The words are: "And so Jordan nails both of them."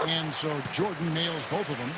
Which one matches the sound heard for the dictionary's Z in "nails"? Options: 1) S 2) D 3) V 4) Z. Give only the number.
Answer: 4